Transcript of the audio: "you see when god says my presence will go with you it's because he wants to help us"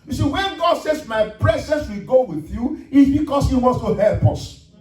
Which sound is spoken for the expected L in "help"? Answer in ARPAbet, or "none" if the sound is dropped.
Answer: L